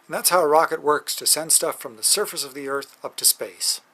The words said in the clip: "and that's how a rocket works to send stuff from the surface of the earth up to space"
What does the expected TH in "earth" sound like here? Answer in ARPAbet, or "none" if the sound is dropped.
TH